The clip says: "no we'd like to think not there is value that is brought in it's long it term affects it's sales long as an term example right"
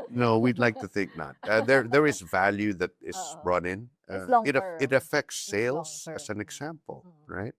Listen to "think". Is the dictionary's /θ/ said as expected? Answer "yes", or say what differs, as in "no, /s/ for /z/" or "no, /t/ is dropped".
yes